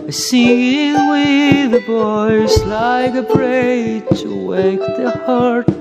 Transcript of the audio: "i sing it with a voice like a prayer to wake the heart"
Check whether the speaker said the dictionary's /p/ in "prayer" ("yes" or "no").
no